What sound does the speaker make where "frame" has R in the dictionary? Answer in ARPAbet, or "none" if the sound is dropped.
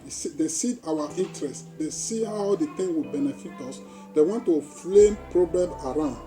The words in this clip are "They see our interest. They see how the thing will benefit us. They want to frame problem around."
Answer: L